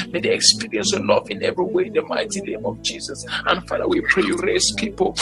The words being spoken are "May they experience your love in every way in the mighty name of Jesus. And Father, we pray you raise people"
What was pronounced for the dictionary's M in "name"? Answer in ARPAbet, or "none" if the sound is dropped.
M